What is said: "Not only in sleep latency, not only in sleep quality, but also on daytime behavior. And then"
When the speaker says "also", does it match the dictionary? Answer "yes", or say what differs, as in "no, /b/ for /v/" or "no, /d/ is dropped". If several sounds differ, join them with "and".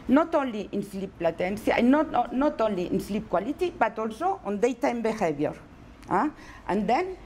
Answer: yes